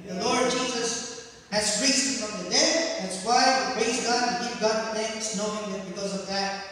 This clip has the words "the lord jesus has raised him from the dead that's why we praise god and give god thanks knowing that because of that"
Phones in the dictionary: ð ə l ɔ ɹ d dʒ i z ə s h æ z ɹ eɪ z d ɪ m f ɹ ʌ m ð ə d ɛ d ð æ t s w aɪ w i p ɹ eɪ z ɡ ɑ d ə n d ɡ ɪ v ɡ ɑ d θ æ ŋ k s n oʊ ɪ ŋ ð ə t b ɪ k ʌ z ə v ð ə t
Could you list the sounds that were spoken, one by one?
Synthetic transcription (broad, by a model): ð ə l ɔ ɹ d dʒ i z ə s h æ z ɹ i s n f ɹ ʌ m ð ə d ɛ d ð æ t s w aɪ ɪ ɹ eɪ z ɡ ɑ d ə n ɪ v ɡ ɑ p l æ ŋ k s n oʊ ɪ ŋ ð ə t b ɪ k ʌ z ə v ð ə t